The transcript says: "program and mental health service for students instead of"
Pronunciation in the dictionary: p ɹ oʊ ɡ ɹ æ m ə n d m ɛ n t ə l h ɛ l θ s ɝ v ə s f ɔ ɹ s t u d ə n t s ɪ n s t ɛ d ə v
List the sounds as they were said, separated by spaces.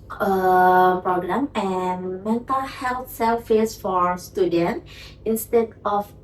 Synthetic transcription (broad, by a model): p ɹ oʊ ɡ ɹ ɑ m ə n m ɛ n t ə l h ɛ l t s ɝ f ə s f ɔ ɹ s t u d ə n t ɪ n s t ɛ d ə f